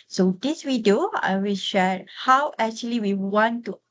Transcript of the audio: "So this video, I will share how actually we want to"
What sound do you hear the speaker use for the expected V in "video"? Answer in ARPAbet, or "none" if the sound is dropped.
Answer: W